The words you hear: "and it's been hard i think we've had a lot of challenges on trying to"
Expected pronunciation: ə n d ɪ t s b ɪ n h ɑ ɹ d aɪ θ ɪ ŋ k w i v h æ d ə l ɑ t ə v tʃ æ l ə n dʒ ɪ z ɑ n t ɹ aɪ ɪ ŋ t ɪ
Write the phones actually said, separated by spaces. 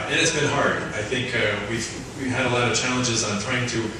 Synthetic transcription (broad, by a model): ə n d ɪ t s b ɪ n h ɑ ɹ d aɪ θ ɪ ŋ k w i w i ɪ d ə l ɑ t ə v tʃ æ l ə n dʒ ɪ z n t ɹ aɪ ɪ ŋ t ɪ